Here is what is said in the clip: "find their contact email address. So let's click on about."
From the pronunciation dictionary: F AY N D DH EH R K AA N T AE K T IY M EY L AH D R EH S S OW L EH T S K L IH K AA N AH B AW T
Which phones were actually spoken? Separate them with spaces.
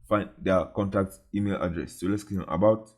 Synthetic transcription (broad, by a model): F AY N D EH K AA N T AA K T IY M EY L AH D R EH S S OW L EH T S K IY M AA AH B AW T